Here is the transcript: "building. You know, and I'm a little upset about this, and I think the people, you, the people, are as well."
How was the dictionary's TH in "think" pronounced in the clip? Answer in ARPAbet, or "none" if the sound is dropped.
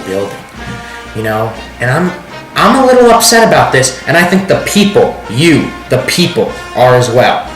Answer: TH